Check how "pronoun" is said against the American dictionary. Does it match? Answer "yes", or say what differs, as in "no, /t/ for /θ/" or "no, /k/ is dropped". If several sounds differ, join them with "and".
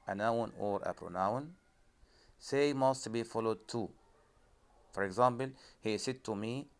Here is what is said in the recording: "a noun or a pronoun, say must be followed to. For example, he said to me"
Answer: yes